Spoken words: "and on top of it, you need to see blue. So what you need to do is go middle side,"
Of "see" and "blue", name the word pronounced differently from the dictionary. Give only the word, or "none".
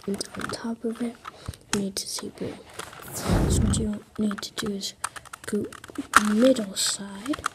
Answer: blue